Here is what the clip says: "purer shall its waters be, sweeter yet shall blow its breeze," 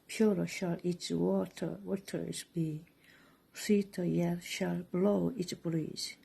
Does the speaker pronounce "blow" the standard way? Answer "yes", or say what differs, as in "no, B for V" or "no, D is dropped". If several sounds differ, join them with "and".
yes